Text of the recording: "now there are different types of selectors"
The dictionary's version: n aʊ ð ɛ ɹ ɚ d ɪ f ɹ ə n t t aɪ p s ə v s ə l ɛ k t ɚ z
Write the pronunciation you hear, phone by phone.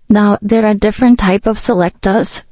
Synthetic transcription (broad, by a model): n aʊ ð ɛ ɹ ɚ d ɪ f ɹ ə n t t aɪ p ə v s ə l ɛ k t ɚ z